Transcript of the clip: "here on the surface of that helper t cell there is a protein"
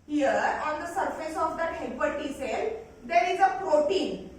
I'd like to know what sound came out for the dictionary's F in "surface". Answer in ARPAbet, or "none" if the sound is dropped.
F